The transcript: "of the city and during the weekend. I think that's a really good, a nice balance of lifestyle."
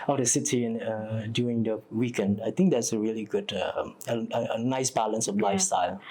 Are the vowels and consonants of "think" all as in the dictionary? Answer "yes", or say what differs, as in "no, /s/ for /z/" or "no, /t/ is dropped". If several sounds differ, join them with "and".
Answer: no, /t/ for /θ/